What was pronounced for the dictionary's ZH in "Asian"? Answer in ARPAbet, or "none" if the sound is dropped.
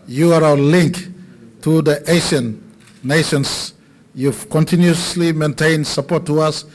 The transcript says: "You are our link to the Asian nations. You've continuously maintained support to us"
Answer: SH